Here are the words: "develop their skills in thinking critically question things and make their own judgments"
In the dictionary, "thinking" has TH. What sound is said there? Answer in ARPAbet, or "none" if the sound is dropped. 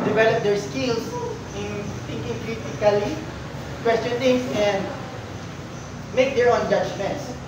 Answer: T